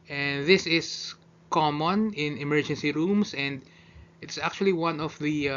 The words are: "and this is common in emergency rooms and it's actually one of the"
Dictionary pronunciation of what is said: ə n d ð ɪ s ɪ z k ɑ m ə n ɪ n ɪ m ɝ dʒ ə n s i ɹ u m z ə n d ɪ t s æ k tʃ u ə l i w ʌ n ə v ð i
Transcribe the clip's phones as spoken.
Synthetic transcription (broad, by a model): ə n ð ɪ s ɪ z k ɑ m ə n ɪ n ɪ m ɝ dʒ ə n s i ɹ u m s ə n d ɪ t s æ k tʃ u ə l i w ʌ n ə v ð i